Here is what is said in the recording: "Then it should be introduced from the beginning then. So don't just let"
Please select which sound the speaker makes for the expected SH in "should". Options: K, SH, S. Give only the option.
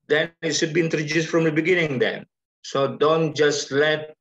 S